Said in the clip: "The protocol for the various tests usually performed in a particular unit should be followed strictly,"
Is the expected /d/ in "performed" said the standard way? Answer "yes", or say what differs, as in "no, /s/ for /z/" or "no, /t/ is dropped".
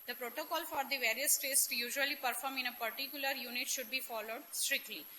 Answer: no, /d/ is dropped